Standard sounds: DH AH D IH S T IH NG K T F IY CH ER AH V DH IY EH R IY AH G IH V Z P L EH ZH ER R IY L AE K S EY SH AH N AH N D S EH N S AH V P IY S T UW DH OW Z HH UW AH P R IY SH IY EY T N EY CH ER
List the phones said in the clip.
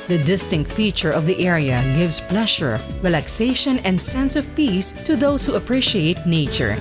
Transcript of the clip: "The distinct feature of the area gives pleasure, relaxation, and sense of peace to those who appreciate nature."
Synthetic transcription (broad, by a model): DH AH D IH S T IH NG K T F IY CH ER AH V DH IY EH R IY AH G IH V S P L EH SH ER R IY L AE K S EY SH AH N AH N D S EH N S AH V P IY S T UW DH OW S HH UW AH P R IY SH IY EY T N EY CH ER